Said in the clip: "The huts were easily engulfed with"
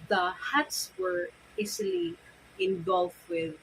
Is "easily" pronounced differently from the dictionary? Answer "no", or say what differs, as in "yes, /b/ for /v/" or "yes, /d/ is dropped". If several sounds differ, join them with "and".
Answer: yes, /s/ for /z/